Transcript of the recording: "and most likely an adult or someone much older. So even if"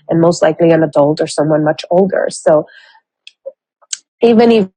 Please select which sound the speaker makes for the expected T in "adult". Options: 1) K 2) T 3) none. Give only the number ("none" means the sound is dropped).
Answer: 2